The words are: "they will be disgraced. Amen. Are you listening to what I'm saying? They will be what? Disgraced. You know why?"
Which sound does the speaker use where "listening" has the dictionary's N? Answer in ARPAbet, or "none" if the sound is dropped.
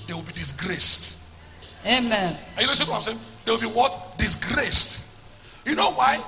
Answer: none